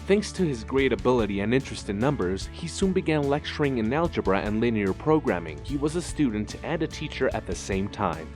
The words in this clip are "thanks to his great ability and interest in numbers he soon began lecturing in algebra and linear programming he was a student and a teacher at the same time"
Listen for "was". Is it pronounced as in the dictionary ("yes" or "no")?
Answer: yes